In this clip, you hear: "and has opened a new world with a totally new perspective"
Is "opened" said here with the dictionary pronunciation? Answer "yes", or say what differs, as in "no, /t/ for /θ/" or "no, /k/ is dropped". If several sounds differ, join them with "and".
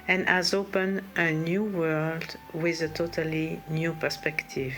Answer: no, /d/ is dropped